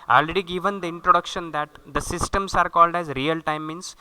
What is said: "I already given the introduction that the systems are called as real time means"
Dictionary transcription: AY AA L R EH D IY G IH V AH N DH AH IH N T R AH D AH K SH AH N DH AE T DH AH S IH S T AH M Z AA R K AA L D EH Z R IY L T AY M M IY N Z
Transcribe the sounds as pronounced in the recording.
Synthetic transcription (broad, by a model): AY AA L R EH D IY G IH V AH N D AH IH N T R AH D AH K SH AH N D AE T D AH S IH S T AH M S AA R K AA L D EH Z R IY L T AY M M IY N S